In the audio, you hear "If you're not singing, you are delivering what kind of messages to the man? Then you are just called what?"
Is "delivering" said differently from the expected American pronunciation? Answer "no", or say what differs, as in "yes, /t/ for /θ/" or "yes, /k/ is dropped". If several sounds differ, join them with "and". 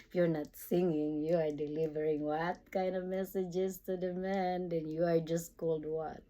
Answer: no